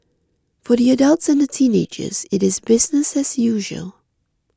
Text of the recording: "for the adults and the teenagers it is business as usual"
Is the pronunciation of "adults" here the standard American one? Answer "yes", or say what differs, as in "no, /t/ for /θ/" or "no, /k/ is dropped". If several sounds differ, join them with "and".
yes